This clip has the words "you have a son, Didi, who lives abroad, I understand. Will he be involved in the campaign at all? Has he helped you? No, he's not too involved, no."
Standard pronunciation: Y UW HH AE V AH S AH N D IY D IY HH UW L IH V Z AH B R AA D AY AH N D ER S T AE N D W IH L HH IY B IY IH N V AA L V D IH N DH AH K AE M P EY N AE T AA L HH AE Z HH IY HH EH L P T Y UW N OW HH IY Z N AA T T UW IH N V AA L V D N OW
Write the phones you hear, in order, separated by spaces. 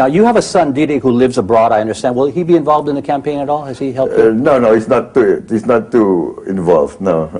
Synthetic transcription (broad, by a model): Y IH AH V AH S AH N D IY D IY HH UW L IH V Z AH B R AA D AY AH N D ER S T AE N D W IH L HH IY B IY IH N V AA L V D IH N DH AH K AE M P EY N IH T AA L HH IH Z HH IY HH EH L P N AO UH N OW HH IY S N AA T T UW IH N V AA L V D N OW